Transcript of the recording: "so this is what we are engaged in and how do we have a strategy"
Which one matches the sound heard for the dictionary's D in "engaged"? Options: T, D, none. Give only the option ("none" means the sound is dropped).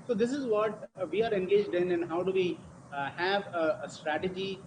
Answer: D